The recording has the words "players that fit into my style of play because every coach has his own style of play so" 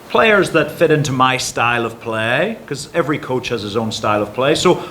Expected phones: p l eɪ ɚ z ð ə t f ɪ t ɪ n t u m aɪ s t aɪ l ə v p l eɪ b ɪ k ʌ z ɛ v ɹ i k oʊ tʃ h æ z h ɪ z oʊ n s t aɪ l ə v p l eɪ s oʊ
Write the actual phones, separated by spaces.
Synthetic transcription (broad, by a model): p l eɪ ɚ z ð ə t f ɪ t ɪ n t u m aɪ s t aɪ l ə v p l eɪ ɪ k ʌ z ɛ v ɹ i k oʊ tʃ h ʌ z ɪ z oʊ n s t aɪ l ə v p l eɪ s oʊ